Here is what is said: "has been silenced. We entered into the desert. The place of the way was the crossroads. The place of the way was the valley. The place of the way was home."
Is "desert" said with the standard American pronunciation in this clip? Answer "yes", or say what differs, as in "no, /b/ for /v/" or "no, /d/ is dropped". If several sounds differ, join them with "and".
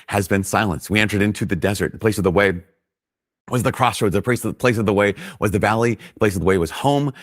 yes